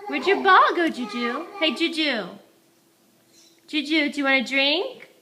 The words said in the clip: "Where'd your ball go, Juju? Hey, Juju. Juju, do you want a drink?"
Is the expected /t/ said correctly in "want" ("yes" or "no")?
no